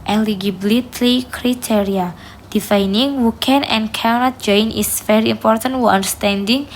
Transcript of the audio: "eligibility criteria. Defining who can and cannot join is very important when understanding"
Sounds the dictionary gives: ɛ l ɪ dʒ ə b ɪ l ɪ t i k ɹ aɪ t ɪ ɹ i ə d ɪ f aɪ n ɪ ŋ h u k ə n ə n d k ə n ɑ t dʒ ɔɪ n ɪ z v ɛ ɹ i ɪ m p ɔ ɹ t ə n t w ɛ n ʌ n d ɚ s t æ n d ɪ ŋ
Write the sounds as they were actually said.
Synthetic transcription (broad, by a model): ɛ l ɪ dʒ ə b l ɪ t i k ɹ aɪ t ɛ ɹ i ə d ɪ f aɪ n ɪ ŋ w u k ə n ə n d k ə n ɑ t dʒ ɔɪ n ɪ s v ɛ ɹ i ɪ m p ɔ ɹ t ə n t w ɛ ʌ n d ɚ s t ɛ n d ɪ ŋ